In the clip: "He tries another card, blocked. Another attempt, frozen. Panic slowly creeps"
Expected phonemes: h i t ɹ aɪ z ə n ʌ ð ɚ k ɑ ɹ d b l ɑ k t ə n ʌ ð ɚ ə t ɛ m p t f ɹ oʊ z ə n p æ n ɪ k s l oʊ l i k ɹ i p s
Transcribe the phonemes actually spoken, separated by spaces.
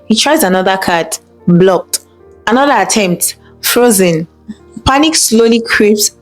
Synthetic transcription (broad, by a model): h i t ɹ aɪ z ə n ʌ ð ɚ k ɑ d b l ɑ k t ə n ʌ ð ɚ ə t ɛ m p t f ɹ oʊ z ə n p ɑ n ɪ k s l oʊ l i k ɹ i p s